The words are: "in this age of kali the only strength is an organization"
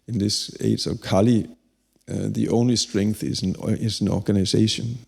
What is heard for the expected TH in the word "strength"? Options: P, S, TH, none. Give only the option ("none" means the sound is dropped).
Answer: TH